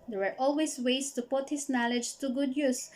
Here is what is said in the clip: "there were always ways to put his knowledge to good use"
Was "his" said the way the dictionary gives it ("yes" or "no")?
no